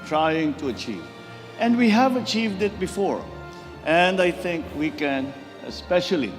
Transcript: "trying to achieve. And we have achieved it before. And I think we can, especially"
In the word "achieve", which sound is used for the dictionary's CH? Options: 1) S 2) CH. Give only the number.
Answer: 2